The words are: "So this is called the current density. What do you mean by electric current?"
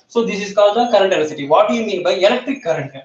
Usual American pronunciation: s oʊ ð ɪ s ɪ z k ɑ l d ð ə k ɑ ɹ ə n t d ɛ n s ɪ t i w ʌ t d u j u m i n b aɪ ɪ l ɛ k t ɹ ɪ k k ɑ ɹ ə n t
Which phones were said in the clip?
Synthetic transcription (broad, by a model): s oʊ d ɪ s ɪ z k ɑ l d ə k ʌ ɹ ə n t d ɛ s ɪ t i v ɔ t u j u m i n b aɪ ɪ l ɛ k t ɹ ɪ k k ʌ ɹ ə n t